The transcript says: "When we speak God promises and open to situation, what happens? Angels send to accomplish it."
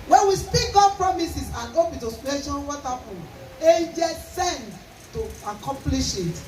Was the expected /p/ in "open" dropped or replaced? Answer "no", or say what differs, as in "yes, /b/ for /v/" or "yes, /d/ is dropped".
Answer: yes, /b/ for /p/